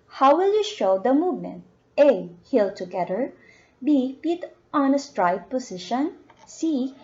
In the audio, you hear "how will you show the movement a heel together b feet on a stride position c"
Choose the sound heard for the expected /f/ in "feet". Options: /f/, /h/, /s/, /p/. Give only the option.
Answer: /p/